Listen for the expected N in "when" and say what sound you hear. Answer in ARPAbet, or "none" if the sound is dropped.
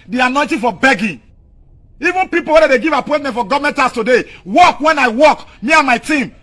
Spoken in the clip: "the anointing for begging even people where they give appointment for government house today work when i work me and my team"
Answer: N